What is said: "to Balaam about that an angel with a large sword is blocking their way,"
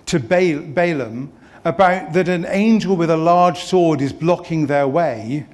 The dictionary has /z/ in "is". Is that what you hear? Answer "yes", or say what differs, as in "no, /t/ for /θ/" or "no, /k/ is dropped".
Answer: yes